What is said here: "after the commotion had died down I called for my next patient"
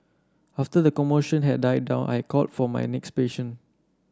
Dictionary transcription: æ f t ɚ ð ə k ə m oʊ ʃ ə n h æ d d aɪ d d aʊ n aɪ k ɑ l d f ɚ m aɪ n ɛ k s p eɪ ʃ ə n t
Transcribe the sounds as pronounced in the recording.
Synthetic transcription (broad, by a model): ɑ f t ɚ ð ə k ə m oʊ ʃ ə n h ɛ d d aɪ d d aʊ n aɪ k ɑ l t f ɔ m aɪ n ɛ k s p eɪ ʃ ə n